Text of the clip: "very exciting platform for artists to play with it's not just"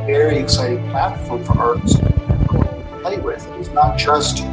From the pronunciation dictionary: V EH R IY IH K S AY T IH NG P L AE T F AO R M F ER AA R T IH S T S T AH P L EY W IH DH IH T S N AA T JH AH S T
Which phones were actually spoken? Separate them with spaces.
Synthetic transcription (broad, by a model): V EH R IY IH K S AY T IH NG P AE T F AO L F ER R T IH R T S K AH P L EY W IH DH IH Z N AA T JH AH S T